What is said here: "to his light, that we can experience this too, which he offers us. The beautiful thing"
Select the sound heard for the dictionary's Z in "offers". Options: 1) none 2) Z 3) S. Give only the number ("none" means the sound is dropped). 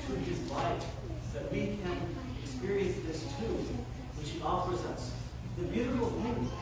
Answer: 2